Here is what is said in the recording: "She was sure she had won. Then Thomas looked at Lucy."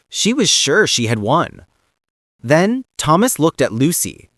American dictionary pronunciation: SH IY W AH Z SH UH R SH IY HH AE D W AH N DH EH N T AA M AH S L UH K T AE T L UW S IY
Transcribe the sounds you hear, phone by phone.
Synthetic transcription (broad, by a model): SH IY W AH Z SH UH R SH IY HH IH D W AH N DH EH N T AA M AH S L UH K T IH T L UW S IY